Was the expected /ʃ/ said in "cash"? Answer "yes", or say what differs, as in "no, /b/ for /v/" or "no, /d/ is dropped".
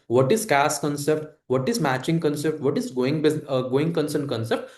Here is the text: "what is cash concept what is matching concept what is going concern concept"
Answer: no, /s/ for /ʃ/